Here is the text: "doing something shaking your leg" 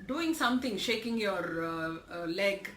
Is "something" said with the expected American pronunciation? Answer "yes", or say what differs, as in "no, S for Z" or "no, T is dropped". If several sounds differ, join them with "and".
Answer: no, T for TH